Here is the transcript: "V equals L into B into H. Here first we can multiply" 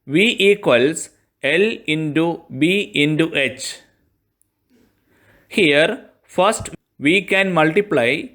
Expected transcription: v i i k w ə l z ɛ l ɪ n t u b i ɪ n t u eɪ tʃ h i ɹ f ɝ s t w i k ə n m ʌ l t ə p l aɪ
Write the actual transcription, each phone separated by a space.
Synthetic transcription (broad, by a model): v i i k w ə l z ɛ l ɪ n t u b i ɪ n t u eɪ tʃ h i ɹ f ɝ s t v i k ə n m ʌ l t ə p l aɪ